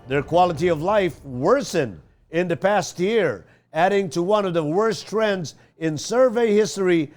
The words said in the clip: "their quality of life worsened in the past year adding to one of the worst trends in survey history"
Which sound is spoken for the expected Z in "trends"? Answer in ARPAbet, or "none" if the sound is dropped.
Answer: Z